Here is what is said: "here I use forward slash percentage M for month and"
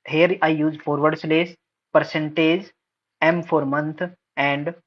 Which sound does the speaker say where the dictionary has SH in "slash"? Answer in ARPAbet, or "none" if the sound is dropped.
S